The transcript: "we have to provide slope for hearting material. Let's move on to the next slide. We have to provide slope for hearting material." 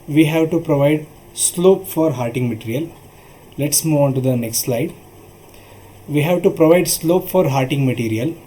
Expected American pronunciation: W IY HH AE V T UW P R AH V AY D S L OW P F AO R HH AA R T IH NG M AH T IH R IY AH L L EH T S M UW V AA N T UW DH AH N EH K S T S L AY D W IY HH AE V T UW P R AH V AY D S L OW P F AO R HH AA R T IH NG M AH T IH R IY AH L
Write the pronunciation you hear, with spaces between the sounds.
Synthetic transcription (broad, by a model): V IY HH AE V T UW P R AH V AY D S L OW P F AO R HH AA R T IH NG M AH T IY R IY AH L L EH T S M UW V AA N T UW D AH N EH K S T S L AY D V IY HH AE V T UW P R AH V AY D S L OW P F AO R HH AA R T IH NG M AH T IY R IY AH L